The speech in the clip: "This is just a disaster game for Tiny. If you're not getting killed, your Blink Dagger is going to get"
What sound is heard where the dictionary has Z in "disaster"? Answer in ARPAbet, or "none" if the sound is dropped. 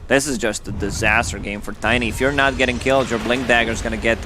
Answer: Z